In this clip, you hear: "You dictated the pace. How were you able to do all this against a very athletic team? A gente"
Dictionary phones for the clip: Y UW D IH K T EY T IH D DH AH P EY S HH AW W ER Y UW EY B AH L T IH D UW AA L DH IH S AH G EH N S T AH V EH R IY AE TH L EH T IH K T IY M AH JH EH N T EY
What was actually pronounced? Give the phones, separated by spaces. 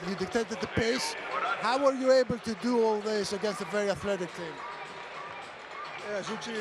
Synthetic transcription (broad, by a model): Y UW D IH K T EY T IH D DH AH P EY S HH AW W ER Y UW EY B AH L T IH D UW AA L DH IH S AH G EH N S T AH V EH R IY AE TH L EH T IH K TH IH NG AH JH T